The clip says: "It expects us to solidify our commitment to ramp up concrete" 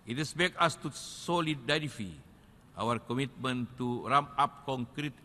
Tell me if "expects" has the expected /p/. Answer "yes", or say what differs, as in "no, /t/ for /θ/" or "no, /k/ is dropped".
no, /b/ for /p/